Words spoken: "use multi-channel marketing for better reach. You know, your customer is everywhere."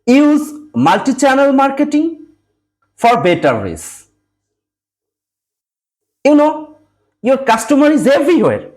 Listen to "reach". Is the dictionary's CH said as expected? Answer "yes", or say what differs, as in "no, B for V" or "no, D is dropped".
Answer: no, S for CH